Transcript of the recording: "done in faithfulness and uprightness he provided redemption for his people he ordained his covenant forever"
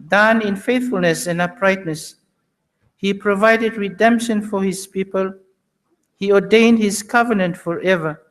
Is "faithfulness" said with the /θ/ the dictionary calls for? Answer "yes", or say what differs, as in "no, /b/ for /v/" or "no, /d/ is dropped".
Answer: yes